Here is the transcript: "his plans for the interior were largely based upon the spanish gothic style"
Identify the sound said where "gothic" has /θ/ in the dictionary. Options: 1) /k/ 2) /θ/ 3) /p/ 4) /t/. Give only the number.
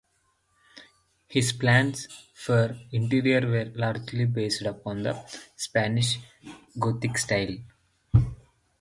4